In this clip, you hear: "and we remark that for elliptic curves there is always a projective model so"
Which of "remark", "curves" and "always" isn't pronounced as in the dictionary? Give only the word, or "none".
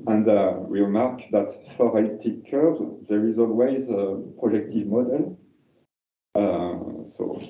curves